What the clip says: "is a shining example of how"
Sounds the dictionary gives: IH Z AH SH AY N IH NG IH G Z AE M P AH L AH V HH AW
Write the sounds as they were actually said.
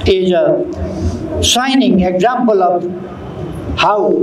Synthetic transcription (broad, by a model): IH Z AH S AY N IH NG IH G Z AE M P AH L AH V HH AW